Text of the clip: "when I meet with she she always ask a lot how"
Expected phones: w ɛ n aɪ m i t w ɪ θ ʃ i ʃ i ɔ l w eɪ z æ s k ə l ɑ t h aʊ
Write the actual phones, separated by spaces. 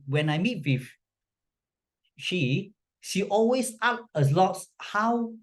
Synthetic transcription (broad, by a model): w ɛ n aɪ m i t w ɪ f ʃ i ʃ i ɔ l w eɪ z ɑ k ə l ɑ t h aʊ